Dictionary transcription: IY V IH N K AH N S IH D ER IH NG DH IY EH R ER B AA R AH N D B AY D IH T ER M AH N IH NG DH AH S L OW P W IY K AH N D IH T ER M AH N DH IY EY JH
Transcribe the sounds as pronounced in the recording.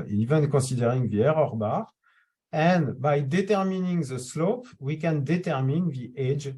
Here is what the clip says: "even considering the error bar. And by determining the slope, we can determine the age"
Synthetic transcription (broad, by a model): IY V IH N K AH S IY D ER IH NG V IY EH R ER B AA R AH N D B AY D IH T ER M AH N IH NG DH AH S L OW P W IY K AH N D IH T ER M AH N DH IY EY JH